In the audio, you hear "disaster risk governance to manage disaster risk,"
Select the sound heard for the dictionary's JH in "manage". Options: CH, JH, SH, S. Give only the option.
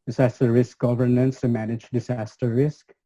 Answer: JH